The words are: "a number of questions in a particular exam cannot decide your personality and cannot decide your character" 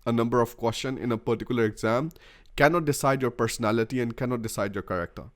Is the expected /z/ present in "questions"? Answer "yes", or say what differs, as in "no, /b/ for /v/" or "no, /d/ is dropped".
no, /z/ is dropped